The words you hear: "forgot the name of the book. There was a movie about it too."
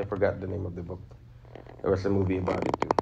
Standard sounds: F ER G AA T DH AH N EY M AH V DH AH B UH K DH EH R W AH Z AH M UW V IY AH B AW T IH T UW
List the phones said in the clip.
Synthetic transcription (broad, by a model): F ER G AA T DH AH N EY M AH V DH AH B UH K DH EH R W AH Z AH M UW V IY AH B AW T IH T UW